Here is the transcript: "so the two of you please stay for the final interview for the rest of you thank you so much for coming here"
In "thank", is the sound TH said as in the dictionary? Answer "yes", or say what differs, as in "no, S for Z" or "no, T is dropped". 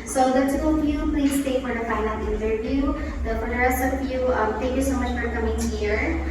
no, T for TH